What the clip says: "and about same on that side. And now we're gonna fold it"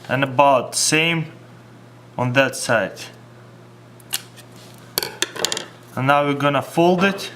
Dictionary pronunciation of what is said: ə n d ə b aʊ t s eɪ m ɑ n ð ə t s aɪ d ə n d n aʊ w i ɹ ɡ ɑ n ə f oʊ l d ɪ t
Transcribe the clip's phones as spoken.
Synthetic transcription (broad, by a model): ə n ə b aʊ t s eɪ m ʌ n ð ə t s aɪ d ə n n aʊ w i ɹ ɡ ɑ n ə f oʊ l d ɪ t